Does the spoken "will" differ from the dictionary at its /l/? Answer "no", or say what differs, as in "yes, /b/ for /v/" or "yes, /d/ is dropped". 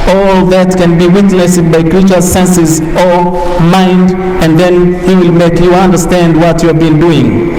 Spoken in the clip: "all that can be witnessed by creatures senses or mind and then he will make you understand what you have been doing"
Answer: no